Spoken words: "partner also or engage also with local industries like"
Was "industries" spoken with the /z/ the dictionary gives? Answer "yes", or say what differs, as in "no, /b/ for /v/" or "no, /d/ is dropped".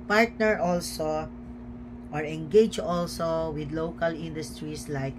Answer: no, /s/ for /z/